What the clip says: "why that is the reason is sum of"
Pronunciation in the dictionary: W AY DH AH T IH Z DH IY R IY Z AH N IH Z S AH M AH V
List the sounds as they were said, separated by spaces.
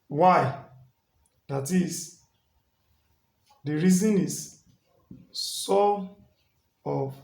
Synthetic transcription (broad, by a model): W AY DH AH T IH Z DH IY R IY Z AH N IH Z S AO AH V